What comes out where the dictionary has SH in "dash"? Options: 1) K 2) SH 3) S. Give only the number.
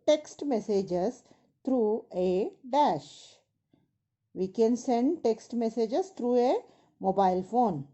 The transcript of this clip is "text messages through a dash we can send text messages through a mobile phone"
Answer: 2